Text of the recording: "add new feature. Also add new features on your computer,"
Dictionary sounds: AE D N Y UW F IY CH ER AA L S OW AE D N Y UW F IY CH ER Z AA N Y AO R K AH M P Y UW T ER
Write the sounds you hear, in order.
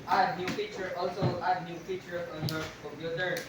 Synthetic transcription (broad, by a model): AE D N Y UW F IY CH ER AA L S OW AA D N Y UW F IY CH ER AA N Y AO R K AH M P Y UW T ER